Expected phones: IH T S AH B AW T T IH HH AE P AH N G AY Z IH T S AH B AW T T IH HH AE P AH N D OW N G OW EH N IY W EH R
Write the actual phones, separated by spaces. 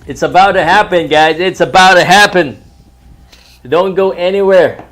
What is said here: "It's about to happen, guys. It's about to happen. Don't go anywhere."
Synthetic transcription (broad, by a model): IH T S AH B AW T T IH HH AE P AH N G AY Z IH T S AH B AW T T IH HH AE P AH N D OW N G OW EH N IY W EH R